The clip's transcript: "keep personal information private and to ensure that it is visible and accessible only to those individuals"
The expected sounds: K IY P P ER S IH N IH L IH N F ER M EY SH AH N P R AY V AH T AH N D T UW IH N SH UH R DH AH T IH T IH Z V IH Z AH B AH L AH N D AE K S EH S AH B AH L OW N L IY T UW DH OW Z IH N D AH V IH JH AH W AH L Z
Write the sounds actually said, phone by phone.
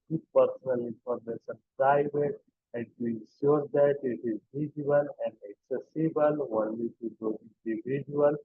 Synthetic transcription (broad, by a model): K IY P P ER S IH N IH L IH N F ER M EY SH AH N P R AY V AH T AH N T UW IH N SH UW R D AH T IH T IH Z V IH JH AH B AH L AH N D AE K S EH S AH B AH L OW N L IY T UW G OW IH N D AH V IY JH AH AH L